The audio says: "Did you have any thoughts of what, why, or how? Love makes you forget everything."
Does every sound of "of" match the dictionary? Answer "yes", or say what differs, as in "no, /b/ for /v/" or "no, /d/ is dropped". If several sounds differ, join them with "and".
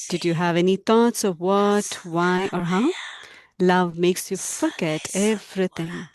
yes